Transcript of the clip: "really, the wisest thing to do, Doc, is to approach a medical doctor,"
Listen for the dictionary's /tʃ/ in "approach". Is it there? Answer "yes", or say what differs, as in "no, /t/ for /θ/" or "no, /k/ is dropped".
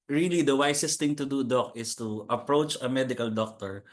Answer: yes